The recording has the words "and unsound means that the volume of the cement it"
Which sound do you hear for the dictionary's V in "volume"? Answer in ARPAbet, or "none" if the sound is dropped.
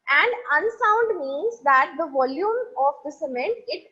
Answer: V